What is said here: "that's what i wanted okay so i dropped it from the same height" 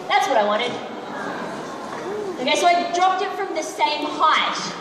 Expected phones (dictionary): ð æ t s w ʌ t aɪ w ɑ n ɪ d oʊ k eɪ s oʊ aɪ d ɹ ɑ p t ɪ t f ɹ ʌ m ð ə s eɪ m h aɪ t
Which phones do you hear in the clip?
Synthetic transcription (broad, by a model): ð æ t s w ʌ t aɪ w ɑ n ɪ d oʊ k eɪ s oʊ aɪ d ɹ ɑ p t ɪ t f ɹ ʌ m ð ə s eɪ m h aɪ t